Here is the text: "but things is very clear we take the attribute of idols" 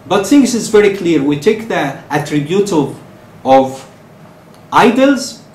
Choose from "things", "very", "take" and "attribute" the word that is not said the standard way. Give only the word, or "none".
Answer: things